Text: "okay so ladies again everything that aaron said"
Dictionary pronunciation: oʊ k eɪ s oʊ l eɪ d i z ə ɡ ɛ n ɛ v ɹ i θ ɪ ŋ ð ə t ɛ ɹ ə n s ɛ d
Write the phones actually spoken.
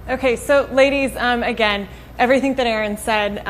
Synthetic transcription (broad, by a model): oʊ k eɪ s oʊ l eɪ d i z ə ɡ ɛ n ɛ v ɹ i θ ɪ ŋ ð ə t ɛ ɹ ə n s ɛ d